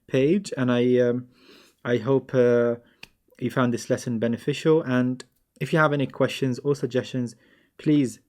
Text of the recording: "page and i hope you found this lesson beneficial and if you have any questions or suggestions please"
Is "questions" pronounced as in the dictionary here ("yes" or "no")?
yes